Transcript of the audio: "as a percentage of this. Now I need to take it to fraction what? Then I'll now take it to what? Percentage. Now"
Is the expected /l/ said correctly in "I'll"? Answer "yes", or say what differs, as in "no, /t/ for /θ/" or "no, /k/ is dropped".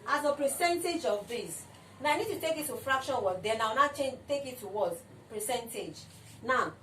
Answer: no, /w/ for /l/